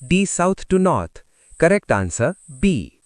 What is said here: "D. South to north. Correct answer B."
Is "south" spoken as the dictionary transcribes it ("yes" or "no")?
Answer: no